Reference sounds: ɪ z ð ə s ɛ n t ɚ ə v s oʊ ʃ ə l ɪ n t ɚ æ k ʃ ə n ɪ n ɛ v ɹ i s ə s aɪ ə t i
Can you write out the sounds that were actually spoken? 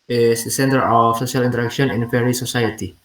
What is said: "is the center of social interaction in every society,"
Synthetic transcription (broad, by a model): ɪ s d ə s ɛ n t ɚ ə f s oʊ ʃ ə l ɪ n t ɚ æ k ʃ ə n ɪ n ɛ ɹ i s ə s aɪ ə t i